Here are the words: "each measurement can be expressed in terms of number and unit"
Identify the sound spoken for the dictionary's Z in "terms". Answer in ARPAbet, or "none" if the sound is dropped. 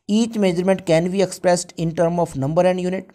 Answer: none